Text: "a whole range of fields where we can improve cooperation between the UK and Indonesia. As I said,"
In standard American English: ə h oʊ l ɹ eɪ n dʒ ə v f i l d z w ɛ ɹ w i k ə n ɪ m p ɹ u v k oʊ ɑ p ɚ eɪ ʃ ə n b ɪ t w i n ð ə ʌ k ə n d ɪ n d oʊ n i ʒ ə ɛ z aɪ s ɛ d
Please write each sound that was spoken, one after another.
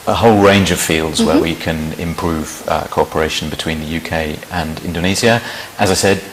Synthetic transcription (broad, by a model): ə h oʊ l ɹ eɪ n dʒ ə v f i l d z w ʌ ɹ w i k ə n ɪ m p ɹ u v k oʊ ɑ p ɚ eɪ ʃ ə n b ɪ t w i n ð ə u k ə n ɪ n d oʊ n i z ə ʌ z aɪ s ɛ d